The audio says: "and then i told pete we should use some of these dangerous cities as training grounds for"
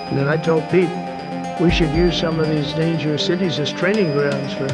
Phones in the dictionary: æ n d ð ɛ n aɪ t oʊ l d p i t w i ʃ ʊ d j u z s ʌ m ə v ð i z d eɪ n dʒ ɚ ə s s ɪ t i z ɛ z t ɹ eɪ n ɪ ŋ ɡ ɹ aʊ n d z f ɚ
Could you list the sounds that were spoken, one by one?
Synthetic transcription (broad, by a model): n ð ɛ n aɪ t oʊ l d p i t w i ʃ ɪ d j u z s ʌ m ə v ð i z d eɪ n dʒ ɚ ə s s ɪ t i z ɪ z t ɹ eɪ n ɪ ŋ ɡ ɹ aʊ n d z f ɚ